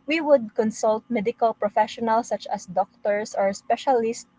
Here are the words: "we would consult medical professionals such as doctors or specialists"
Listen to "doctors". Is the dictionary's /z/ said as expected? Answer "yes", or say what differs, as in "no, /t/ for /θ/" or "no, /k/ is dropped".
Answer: no, /s/ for /z/